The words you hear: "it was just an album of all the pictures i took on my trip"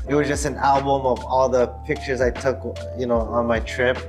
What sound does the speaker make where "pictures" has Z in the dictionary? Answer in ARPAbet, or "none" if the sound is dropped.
Z